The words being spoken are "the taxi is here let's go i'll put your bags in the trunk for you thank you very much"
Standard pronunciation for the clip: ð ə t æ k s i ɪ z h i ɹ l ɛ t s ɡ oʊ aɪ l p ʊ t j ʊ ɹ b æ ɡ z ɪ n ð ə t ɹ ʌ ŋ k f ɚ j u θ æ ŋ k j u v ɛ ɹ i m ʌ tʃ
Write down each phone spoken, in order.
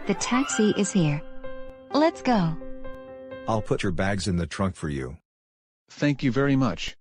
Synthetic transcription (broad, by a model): ð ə t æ k s i ɪ z h i ɹ l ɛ t s ɡ oʊ aɪ l p ʊ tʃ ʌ ɹ b æ ɡ z ɪ n ð ə t ɹ ʌ ŋ k f ɚ j u θ æ ŋ k j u v ɛ ɹ i m ʌ tʃ